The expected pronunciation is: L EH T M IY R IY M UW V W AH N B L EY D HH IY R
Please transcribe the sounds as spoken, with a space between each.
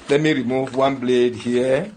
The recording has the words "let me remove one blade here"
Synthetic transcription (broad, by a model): L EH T M IY R IY M UW V W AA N B L EY D HH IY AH